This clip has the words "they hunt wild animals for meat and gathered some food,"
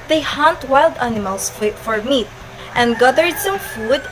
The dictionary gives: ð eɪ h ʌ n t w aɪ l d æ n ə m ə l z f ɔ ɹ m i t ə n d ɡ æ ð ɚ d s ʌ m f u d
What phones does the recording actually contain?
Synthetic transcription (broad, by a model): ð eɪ h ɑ n t w aɪ l d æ n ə m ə l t f ɔ ɹ m i t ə n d ɡ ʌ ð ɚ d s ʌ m f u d